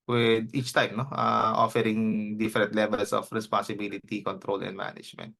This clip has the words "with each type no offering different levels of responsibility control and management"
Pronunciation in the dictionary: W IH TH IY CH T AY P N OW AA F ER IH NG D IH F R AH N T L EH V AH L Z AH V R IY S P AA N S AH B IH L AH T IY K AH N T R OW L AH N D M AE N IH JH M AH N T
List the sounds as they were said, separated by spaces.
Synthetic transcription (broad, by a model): W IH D IY CH T AY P N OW AA F ER IH NG D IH F R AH N T L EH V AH L S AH F R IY S P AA N S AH B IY L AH T IY K AH N T R OW L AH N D M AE N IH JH M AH N T